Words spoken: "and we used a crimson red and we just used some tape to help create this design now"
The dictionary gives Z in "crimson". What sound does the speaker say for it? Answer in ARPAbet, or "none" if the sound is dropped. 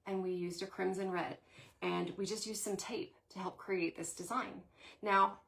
Z